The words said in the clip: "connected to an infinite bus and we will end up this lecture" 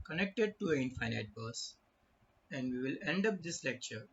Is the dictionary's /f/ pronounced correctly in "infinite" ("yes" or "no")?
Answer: no